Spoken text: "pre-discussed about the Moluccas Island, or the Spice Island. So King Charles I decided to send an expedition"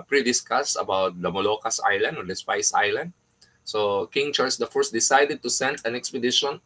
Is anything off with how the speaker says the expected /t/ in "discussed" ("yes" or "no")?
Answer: yes